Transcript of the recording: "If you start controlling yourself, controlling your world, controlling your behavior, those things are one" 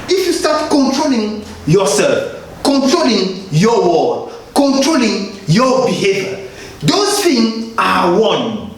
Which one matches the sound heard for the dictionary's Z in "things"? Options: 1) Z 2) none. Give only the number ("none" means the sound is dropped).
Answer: 2